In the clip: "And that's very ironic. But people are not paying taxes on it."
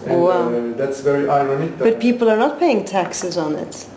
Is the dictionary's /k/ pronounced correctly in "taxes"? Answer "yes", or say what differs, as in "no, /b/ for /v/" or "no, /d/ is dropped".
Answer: yes